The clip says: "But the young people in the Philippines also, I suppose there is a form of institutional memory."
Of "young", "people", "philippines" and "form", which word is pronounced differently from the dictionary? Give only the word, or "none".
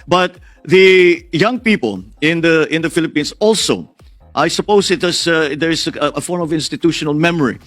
philippines